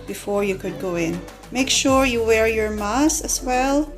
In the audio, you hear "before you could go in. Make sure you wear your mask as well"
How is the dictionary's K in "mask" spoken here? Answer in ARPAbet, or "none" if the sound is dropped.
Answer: none